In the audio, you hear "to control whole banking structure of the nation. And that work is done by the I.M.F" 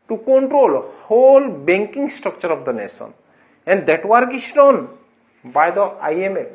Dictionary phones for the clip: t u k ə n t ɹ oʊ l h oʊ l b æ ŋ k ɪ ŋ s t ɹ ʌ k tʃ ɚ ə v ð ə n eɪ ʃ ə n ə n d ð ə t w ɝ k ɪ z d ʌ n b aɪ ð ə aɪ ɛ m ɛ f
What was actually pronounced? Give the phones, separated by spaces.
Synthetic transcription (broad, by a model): t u k ə n t ɹ oʊ l h oʊ l b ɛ ŋ k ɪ ŋ s t ɹ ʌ k tʃ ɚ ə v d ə n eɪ s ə n ə n d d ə t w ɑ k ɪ s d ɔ n b aɪ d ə aɪ ɛ m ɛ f